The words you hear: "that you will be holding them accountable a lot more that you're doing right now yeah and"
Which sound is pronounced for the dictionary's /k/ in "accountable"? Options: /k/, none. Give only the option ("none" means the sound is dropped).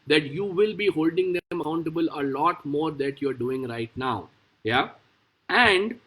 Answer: none